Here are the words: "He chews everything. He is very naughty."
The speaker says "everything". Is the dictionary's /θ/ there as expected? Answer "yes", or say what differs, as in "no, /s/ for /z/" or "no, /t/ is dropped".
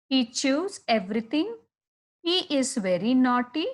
no, /t/ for /θ/